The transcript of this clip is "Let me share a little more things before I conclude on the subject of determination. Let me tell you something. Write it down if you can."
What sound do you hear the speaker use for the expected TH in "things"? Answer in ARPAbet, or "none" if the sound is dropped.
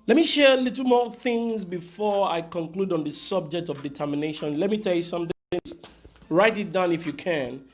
TH